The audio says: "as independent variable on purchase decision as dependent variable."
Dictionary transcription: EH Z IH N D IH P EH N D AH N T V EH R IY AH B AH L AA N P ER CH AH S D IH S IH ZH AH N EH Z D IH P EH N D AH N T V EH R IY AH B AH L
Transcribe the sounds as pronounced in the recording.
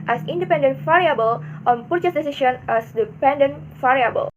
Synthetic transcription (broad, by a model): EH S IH N D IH P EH N D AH N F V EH R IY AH B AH L AA N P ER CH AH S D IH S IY SH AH N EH S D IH P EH N D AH N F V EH R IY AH B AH L